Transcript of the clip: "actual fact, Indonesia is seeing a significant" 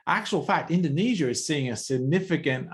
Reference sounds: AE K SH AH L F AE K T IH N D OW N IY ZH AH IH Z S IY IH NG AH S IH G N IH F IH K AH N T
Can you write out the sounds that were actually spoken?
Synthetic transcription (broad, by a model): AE K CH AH L F AE K T IH N D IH N IY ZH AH IH Z S IY IH NG AH S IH G N IH F IH K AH N T